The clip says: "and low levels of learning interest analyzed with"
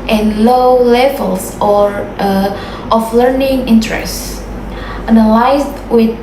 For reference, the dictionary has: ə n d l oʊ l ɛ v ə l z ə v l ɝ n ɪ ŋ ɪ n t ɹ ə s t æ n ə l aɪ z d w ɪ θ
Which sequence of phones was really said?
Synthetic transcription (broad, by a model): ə n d l oʊ l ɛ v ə l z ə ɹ l ɝ n ɪ ŋ ɪ n t ɹ ə s t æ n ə l aɪ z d w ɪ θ